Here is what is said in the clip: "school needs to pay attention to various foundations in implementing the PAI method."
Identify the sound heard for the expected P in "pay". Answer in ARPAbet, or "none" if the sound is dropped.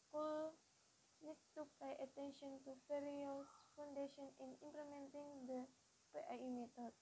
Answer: B